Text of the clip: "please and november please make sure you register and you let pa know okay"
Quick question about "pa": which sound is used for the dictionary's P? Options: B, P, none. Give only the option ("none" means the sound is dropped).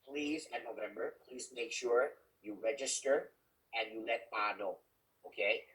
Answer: B